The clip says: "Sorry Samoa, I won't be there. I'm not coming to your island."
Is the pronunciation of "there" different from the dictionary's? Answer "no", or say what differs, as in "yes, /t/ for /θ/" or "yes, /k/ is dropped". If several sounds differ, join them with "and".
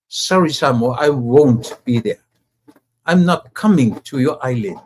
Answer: no